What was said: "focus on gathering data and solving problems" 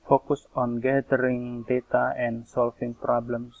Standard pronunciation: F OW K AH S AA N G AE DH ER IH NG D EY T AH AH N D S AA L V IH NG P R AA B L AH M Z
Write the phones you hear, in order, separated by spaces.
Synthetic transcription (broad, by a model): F OW K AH S AA N G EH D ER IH NG D EY T AH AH N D S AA L F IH NG P R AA B L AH M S